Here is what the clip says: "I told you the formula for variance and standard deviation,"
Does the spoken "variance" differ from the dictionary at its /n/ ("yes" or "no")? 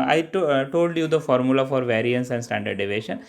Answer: no